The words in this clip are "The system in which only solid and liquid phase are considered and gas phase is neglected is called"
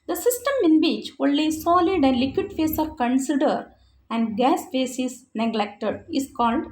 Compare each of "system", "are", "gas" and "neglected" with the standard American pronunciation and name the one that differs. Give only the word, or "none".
none